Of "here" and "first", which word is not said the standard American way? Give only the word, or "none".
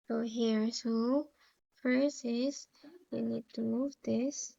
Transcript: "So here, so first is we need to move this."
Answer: first